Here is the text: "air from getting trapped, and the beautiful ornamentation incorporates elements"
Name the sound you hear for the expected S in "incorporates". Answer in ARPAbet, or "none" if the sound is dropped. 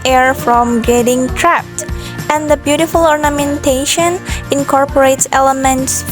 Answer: S